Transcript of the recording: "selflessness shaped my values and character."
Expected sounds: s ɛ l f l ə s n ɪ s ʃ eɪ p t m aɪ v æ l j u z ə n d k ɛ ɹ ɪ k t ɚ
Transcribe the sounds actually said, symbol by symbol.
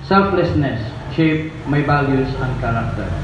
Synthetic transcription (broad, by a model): s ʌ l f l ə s n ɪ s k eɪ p m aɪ b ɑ l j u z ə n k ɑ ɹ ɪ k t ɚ